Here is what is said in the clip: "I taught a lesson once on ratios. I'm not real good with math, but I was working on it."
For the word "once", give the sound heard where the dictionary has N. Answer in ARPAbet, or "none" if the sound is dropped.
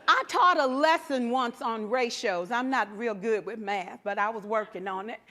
N